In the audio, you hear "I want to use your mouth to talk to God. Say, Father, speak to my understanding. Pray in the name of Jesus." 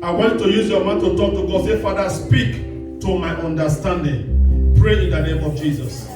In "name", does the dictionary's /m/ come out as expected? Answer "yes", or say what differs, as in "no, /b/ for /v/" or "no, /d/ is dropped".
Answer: yes